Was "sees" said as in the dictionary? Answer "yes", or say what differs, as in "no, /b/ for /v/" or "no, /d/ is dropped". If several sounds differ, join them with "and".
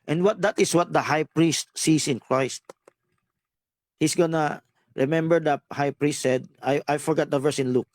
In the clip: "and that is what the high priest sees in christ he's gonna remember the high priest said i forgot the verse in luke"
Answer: no, /s/ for /z/